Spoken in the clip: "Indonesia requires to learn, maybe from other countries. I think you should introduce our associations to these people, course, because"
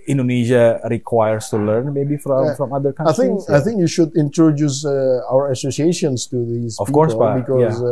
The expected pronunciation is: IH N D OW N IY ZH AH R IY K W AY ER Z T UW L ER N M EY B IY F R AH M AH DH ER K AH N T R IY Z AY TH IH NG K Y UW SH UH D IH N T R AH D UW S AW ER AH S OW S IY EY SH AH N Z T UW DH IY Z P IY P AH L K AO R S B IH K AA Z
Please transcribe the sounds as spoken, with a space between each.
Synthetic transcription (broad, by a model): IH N D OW N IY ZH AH R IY K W AY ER S T UW L ER N M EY B IY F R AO M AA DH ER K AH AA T IY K AY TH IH NG K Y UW SH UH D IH N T R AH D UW S AW ER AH S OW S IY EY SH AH N S T UW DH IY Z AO F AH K AO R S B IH K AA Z